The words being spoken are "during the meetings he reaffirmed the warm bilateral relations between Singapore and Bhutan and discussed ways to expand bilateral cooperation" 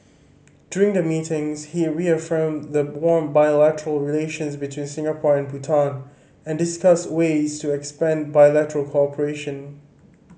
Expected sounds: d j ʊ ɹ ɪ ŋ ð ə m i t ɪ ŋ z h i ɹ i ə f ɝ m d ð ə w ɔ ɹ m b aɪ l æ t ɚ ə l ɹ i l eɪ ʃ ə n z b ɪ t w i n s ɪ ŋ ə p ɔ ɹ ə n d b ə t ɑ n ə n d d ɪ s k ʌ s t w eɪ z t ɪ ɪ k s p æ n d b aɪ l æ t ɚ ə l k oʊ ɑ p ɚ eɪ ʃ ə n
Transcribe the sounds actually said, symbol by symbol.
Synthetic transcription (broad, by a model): d j ʊ ɹ ɪ ŋ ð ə m i t ɪ ŋ z h i ɹ i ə f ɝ m ð ə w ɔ ɹ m b aɪ l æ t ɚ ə l ɹ i l eɪ ʃ ə n z b ɪ t w i n s ɪ ŋ ə p ɔ ɹ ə n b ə t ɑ n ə n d d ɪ s k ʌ s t w eɪ z t ɪ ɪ k s p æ n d b aɪ l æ t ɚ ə l k oʊ ɑ p ɚ eɪ ʃ ə n